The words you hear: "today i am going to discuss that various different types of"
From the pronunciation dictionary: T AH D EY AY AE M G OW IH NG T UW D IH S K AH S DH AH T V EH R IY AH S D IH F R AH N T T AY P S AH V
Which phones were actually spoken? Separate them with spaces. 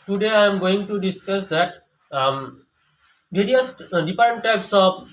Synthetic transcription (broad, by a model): T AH D EY AY M G OW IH NG T UW D IH S K AH S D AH T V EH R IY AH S D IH P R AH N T T AY P S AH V